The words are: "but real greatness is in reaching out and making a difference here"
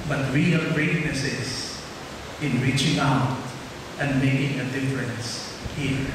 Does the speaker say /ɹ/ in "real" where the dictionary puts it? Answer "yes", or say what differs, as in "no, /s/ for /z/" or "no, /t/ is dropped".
no, /w/ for /ɹ/